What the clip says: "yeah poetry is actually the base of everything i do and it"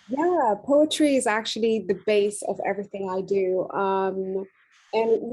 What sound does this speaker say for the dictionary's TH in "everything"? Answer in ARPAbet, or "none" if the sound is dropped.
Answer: TH